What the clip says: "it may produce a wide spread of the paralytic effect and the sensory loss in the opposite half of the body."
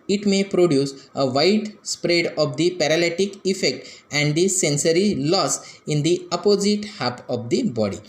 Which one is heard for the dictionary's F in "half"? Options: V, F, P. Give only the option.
P